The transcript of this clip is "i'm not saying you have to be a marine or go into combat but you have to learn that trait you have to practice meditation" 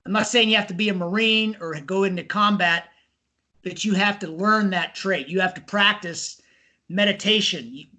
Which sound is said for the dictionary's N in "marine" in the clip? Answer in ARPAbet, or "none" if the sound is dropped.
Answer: N